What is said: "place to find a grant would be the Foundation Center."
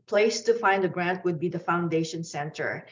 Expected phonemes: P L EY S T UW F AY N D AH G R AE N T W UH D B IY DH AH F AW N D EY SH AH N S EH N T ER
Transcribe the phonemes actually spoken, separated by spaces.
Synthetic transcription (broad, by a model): P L EY S T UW F AY N D AH G R AE N T W UH D B IY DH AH F AW N D EY SH AH N S EH N T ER